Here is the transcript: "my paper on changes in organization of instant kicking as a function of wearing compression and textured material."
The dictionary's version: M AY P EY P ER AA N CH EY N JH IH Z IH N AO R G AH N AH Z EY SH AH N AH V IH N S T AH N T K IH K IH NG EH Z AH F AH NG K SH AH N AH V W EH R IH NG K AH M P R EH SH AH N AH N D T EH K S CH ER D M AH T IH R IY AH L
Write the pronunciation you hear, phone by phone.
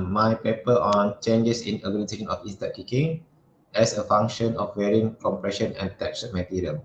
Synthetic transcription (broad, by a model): M AY P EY P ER AA N CH EY N JH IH S IH N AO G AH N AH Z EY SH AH N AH F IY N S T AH T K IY K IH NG EH S AH F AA NG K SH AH N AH F W EH R IH NG K AH M P R EH SH AH N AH N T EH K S ER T M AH T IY R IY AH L